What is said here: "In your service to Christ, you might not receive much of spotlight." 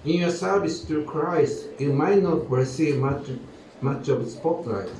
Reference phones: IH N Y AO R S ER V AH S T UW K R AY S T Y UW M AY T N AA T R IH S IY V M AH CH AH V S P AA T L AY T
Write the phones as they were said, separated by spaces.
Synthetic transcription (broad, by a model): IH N Y AO R S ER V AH S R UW K R AY S T Y UW M AY T N AA T W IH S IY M M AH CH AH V S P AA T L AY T